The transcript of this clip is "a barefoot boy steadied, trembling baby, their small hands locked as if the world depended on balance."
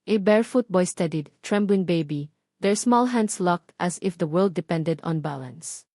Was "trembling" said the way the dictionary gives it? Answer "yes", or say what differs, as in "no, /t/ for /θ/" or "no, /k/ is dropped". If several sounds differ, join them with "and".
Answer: yes